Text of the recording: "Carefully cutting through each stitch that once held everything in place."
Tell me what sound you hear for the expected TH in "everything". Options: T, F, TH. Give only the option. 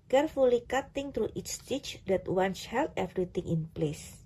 T